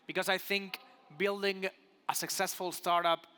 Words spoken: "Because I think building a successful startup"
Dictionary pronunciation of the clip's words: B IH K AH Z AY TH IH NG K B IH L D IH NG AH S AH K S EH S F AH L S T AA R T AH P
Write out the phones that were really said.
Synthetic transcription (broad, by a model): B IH K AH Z AY TH IH NG K B IH L D IH NG AH S AH K S EH S F AH L S T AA R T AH P